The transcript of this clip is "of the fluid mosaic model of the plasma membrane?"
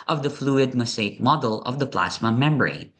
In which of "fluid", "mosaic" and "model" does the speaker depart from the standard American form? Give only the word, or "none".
mosaic